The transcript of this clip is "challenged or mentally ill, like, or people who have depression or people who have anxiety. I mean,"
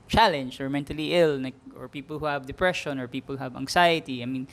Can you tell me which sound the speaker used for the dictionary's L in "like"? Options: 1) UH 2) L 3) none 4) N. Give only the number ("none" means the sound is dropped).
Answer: 4